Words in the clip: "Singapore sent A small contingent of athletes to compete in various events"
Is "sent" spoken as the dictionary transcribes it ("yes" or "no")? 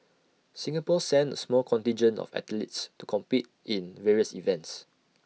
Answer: no